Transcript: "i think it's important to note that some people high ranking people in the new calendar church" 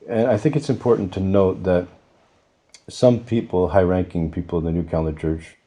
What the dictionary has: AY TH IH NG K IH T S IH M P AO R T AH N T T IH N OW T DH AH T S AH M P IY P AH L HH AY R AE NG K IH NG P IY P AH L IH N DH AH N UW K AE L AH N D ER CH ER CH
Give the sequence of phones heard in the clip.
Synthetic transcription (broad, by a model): AY TH IH NG K IH T S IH M P AO R T N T T IH N OW T DH AH T S AH M P IY P L HH AY R AE NG K IH NG P IY P L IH DH AH N UW K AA AH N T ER CH ER CH